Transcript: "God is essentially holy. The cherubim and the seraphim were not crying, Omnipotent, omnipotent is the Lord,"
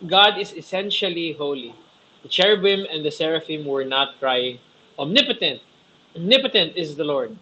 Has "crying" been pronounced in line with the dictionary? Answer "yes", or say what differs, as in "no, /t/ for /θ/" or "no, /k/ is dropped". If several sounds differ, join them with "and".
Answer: yes